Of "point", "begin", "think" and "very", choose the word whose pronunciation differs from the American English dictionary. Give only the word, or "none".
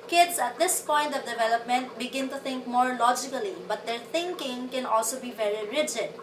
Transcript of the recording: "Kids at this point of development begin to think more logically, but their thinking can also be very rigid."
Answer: think